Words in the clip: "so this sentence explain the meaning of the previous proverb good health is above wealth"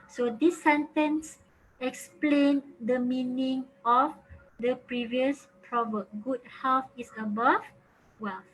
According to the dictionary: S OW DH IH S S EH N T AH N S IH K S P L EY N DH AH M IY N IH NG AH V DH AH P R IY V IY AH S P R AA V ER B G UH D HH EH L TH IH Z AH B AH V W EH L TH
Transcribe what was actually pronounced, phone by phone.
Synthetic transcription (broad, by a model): S OW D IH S S EH N T AH N S IH K S P L EY N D AH M IY N IH NG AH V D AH P R IY V IY AH S P R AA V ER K G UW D HH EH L F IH S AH B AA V W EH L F